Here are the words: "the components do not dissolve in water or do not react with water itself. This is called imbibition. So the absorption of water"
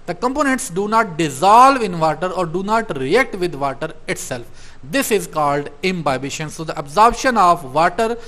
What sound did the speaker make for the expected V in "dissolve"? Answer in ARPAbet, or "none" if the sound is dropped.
V